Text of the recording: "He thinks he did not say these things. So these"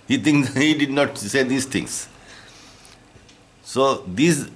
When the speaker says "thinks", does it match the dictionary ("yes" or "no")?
no